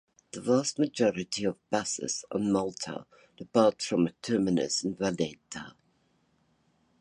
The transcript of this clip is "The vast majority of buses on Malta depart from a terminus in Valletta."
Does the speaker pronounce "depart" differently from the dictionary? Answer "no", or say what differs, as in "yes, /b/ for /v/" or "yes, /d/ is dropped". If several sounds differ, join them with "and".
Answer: yes, /b/ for /p/